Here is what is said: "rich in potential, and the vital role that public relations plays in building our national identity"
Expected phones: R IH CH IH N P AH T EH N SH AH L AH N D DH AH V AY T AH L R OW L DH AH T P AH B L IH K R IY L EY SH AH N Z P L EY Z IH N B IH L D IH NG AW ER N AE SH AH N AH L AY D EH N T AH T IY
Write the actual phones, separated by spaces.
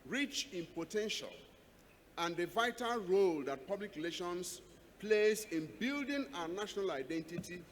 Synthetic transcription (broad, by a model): R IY CH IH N P AH T EH N SH AH L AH N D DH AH V AY T AH L R OW L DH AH T P AH B L IH K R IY L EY SH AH N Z P L EY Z IH N B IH L D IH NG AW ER N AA SH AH N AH L AY D EH N T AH T IY